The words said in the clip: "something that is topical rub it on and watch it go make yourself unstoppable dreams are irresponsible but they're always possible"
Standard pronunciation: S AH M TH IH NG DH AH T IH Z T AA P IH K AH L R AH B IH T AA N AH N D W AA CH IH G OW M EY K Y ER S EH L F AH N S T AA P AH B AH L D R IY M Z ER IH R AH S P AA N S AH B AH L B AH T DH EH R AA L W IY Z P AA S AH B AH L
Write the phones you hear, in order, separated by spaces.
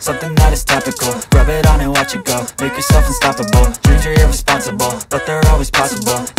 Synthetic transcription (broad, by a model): S AH M TH IH NG DH AH T IH Z T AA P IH K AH L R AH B IH T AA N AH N W AA CH IH G OW M EY K Y ER S EH L F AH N S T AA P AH B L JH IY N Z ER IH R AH S P AA N S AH B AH L B AH T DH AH R AA L W IY Z P AA S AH B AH L